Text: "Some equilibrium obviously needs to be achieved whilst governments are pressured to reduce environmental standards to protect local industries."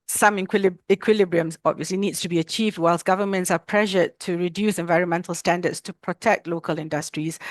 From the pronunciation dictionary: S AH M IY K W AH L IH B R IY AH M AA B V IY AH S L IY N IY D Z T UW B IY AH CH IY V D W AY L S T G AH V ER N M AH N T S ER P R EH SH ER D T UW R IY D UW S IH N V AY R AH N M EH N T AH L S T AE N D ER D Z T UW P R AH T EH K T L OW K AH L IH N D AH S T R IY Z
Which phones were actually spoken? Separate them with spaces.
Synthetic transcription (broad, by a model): S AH M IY K W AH L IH B R IY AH M AA B V IY AH S L IY N IY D S T UW B IY AH CH IY V D W AY L S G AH V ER N M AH N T S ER P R EH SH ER T UW R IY D UW S IH N V AY R AH N M EH N T AH L S T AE N D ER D S T UW P R AH T EH K T L OW K AH L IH N D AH S T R IY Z